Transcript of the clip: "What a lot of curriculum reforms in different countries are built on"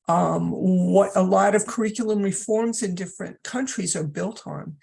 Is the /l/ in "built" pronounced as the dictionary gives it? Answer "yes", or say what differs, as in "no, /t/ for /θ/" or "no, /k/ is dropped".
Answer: yes